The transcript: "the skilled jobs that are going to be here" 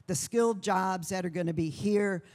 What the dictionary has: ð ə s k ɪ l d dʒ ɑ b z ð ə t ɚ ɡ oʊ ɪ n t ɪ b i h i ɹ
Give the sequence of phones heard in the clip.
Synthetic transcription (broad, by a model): ð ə s k ɪ l d dʒ ɑ b z ð ə t ɚ ɡ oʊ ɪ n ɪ b i h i ɹ